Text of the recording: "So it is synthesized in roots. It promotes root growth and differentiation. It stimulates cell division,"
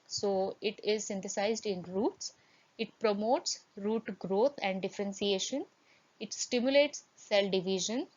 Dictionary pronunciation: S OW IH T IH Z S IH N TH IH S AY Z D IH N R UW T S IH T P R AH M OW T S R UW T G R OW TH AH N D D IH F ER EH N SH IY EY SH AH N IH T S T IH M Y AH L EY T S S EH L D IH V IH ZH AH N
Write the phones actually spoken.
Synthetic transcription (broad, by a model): S OW IH T IH Z S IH N T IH S AY Z D IH N R UW T S IH T P R AH M OW T S R UW T G R OW T AH N D D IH F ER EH N S IY EY SH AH N IH T S T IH M Y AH L EY T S S EH L D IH V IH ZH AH N